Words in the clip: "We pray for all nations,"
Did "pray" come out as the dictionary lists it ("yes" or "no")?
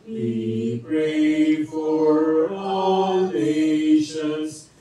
yes